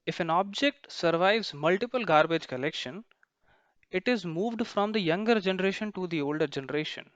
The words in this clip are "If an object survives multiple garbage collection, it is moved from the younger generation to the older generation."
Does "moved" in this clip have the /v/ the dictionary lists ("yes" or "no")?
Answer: yes